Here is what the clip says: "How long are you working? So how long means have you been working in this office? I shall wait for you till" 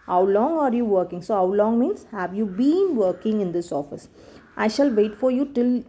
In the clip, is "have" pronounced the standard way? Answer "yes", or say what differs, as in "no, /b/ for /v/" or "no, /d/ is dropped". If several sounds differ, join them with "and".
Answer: yes